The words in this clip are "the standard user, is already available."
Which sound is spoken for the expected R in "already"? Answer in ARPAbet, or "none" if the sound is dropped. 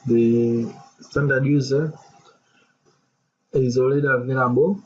L